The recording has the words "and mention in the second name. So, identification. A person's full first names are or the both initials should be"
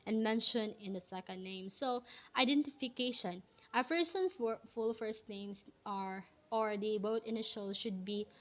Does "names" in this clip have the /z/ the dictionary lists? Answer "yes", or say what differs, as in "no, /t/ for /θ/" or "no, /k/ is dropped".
no, /s/ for /z/